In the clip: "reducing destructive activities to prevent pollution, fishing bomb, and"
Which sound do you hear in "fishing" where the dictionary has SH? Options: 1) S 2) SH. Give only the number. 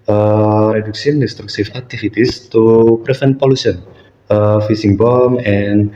1